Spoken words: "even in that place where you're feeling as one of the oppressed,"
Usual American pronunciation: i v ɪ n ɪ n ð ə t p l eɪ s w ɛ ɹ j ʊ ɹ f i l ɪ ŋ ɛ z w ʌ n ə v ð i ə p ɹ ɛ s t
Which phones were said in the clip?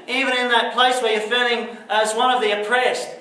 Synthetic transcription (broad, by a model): i v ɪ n ɪ n ð ə t p l eɪ s w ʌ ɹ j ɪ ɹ f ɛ n ɪ ŋ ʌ z w ʌ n ə v ð i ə p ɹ ɛ s t